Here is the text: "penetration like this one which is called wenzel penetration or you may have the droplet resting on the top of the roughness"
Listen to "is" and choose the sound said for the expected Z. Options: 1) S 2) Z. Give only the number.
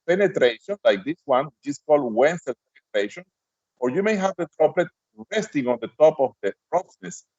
1